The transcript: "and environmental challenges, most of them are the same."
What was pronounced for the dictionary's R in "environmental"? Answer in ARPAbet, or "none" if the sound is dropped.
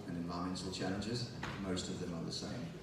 none